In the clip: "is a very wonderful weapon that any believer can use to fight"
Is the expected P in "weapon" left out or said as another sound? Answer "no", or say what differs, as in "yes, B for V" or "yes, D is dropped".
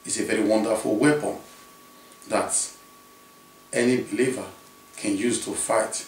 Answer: no